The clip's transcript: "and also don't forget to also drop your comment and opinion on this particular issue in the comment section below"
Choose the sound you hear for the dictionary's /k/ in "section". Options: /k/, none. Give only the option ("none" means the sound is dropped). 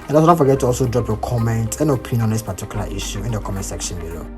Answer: /k/